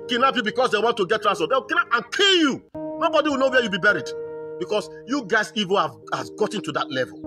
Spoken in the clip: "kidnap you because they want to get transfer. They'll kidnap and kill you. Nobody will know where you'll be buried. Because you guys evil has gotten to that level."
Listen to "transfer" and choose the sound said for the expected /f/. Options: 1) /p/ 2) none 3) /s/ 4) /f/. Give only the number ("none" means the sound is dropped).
2